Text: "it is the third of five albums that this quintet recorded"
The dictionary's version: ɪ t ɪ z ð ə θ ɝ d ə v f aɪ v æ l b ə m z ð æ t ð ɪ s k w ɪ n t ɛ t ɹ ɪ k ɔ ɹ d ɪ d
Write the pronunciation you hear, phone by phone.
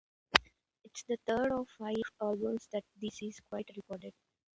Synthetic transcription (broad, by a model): ɪ t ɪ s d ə t ɝ d ə v f aɪ v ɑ l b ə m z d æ t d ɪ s k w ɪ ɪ t ɹ ɪ k ɔ ɹ d ɪ d